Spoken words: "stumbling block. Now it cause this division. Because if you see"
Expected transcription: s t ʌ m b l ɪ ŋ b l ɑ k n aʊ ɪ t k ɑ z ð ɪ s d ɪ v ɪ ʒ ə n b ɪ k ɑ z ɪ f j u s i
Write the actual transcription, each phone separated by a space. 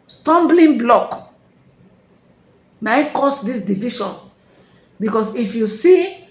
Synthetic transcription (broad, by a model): s t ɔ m b l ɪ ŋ b l ɑ k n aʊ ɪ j k ɑ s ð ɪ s d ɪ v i ʃ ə n b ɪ k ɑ s ɪ f j u s i